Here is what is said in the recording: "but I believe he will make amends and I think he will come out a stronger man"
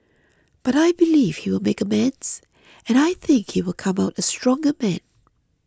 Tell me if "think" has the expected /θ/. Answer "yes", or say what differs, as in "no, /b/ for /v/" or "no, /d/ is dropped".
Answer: yes